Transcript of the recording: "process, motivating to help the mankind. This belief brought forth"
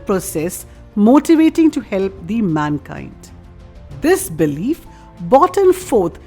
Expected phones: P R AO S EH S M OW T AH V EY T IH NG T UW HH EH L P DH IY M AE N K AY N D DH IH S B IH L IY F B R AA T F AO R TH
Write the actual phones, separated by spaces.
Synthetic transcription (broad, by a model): P R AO S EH S M OW T AH V EY T IH NG T UW HH EH L P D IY M AE N K AY N D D IH S B IH L IY F B AA T F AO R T